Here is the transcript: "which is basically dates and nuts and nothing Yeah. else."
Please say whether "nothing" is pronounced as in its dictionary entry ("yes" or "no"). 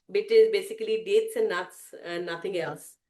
no